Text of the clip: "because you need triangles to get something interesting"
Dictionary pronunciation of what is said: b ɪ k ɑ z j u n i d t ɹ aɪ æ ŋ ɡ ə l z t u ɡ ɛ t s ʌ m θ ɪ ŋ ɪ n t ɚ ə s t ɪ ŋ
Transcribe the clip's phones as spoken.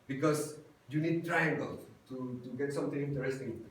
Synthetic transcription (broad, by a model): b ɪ k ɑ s j u n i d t ɹ aɪ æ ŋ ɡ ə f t t u ɡ ɛ t s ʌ m t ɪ ŋ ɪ n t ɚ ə s t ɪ ŋ